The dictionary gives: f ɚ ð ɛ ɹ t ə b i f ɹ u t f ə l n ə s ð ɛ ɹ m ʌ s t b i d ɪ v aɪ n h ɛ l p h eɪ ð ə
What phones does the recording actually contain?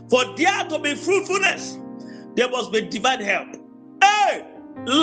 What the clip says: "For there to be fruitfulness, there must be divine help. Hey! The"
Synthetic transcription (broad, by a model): f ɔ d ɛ t ə b i f ɹ u t f ə l n ə s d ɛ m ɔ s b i d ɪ v aɪ n h ɛ l p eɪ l